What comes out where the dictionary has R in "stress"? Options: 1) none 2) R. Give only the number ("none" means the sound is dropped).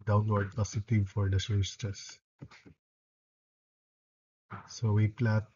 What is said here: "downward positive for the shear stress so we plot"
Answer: 1